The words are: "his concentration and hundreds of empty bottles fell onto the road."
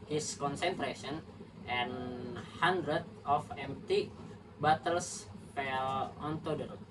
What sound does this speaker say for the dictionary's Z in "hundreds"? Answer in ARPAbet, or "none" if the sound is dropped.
none